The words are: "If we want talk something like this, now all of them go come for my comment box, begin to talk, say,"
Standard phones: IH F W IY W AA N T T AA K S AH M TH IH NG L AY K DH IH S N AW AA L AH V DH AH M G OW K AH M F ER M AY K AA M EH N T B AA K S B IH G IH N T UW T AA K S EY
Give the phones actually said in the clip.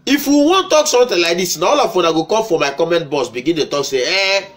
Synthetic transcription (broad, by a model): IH F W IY W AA N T T AA K S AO M T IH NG L AY K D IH S N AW AA L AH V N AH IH G OW K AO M F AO M AY K AA M EH N T B AA S B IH G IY N T UW T AA K S EY